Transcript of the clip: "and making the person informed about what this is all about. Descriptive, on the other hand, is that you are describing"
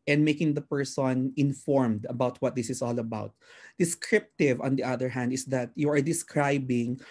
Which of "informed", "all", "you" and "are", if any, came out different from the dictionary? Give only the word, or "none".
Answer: none